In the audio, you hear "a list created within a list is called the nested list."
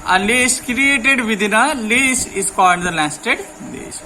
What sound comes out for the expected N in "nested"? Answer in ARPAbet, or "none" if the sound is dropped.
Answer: L